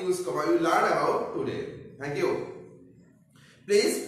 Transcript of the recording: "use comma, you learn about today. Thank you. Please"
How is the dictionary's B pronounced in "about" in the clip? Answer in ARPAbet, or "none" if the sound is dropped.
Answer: none